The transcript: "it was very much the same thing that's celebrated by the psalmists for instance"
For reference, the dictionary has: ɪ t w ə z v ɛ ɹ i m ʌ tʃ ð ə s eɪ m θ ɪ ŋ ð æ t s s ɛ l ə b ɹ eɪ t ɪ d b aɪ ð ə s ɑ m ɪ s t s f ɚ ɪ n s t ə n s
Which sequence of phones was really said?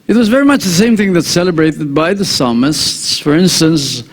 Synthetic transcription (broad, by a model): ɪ t w ə z v ɛ ɹ i m ʌ tʃ ð ə s eɪ m θ ɪ ŋ ð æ t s s ɛ l ə b ɹ eɪ t ɪ d b aɪ ð ə s ɑ m ɪ s t s f ɚ ɪ n s t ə n s